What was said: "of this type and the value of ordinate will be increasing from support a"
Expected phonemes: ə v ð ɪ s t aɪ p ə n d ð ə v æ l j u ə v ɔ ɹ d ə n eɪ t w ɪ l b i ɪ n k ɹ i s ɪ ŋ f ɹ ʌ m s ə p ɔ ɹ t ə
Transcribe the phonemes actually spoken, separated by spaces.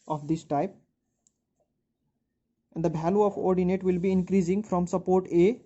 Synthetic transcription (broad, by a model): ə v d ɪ s t aɪ p ə n d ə b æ l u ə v ɔ ɹ d ə n eɪ t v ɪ l b i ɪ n k ɹ i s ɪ ŋ f ɹ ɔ m s ə p ɔ ɹ t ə